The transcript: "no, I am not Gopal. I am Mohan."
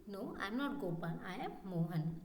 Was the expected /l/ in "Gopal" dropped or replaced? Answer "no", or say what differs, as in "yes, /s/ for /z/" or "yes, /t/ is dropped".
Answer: yes, /n/ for /l/